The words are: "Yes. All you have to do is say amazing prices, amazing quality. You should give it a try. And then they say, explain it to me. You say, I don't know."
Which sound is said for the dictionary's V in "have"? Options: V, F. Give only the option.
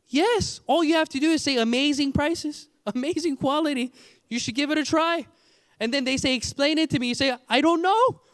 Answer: F